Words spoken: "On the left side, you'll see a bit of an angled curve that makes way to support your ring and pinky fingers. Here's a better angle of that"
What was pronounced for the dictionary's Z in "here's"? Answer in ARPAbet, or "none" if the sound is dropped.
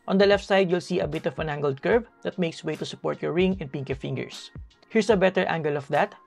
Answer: S